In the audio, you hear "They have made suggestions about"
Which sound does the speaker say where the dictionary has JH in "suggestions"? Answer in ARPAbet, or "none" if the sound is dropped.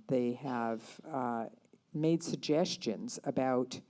JH